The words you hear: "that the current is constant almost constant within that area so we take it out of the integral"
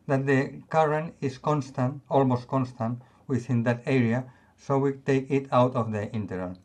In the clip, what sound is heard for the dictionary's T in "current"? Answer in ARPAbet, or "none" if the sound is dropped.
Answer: none